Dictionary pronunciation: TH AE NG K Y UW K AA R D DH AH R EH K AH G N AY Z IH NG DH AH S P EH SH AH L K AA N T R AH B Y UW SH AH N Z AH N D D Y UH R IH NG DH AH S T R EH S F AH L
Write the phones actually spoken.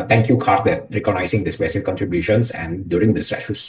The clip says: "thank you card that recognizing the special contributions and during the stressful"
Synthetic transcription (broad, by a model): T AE NG K Y UW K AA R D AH R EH K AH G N AY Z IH NG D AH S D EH S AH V K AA N T R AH B Y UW SH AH N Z AH N D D Y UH R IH NG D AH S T R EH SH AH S